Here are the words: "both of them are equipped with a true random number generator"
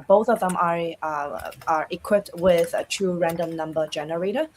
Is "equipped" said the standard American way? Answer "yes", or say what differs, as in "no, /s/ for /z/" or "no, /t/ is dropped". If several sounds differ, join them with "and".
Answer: yes